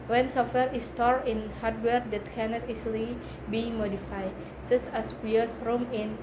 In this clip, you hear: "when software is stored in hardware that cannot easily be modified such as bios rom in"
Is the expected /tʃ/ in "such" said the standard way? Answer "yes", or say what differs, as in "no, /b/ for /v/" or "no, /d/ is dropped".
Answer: no, /s/ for /tʃ/